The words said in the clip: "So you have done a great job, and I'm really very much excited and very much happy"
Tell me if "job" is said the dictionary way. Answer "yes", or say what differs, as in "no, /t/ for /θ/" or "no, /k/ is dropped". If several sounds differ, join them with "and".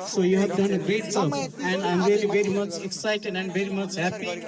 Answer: no, /b/ is dropped